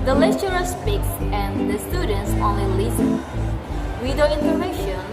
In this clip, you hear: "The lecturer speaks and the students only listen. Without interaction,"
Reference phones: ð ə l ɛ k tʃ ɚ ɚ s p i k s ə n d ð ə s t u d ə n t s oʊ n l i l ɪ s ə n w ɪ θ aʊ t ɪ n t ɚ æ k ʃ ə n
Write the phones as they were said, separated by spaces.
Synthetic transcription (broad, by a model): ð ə l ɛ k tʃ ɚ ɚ s p i k s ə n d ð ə s t u d ə n t s oʊ n l i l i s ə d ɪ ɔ ɪ n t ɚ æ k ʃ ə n